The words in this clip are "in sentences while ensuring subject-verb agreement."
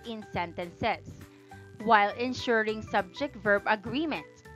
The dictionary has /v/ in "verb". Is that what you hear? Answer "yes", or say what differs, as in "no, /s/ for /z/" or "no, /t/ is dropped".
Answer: yes